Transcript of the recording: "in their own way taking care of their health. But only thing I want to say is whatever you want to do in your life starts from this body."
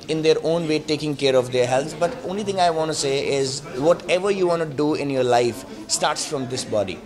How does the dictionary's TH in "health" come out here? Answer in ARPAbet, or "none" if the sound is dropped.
S